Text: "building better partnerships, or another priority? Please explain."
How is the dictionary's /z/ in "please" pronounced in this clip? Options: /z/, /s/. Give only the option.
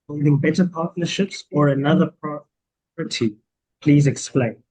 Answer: /z/